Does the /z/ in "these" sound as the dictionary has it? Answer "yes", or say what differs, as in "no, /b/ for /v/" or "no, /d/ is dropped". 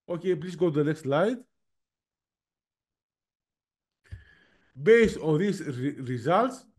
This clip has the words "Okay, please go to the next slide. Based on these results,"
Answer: no, /s/ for /z/